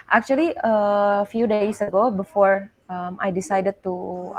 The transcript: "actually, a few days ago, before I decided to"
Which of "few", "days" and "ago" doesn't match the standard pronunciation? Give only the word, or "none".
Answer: days